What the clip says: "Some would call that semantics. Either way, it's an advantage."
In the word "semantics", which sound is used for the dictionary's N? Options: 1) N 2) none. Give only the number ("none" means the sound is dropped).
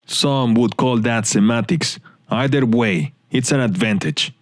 2